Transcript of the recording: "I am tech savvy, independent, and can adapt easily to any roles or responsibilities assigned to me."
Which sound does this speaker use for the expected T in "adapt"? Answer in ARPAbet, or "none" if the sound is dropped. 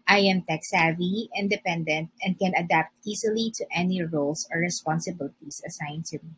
T